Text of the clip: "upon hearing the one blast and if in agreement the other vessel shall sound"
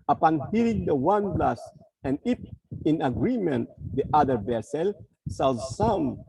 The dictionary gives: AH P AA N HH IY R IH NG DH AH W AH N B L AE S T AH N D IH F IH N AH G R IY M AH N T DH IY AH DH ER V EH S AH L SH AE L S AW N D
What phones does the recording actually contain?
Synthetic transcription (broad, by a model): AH P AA N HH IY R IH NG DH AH W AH N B L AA S AH N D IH P IH N AH G R IY M AH N T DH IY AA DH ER V EH S AH L S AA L S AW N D